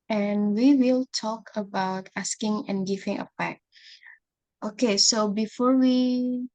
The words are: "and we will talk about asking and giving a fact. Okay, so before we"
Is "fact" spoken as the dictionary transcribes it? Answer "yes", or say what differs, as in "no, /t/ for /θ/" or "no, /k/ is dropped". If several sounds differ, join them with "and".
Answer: no, /p/ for /f/